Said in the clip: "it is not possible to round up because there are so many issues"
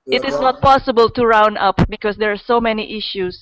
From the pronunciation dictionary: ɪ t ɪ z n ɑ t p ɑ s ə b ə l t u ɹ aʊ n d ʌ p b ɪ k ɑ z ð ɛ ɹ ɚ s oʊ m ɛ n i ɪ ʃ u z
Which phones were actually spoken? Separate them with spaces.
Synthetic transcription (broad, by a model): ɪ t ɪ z n ɑ t p ɑ s ə b ə l t u ɹ aʊ n ʌ p b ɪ k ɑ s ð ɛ ɹ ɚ s oʊ m ɛ n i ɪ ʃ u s